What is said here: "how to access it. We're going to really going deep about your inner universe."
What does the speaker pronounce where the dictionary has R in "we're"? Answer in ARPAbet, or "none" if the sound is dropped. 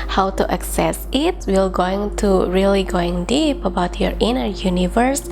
L